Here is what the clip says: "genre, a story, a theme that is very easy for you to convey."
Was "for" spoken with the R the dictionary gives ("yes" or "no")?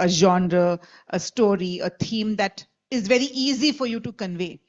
yes